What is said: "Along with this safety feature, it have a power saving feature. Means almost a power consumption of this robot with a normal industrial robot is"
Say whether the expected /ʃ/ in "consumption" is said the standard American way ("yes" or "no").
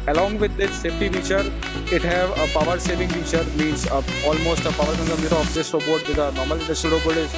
no